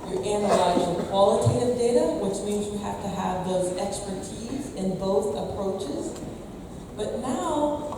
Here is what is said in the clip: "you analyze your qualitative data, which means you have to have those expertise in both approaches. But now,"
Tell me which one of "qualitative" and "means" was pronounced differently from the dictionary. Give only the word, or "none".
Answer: none